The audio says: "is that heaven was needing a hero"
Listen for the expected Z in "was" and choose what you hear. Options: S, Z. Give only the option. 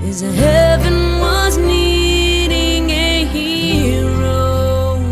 Z